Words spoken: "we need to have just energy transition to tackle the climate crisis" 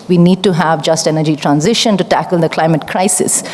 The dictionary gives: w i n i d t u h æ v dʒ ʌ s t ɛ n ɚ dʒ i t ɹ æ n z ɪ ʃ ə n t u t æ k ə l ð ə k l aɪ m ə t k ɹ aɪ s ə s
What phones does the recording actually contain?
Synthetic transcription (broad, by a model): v i n i d t u h æ v dʒ ʌ s t ɛ n ɚ dʒ i t ɹ æ n z ɪ ʃ ə n t u t æ k ə l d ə k l aɪ m ə t k ɹ aɪ s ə s